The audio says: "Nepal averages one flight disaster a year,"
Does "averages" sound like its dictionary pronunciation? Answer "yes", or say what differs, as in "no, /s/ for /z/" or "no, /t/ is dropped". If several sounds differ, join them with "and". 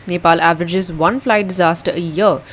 yes